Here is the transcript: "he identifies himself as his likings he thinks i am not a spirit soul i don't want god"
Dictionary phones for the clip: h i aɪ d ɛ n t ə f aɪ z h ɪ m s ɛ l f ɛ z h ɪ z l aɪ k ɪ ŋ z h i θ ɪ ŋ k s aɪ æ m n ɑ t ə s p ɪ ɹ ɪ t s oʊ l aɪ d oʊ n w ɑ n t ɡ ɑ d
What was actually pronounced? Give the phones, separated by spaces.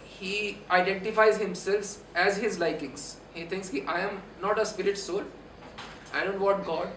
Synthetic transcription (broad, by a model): h i aɪ d ɛ n t ə f aɪ z h ɪ m s ɛ l f ɛ z h ɪ z l aɪ k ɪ ŋ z h i t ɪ ŋ k s aɪ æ m n ɑ t ə s p ɪ ɹ ɪ t s oʊ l aɪ d oʊ n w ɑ t ɡ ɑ d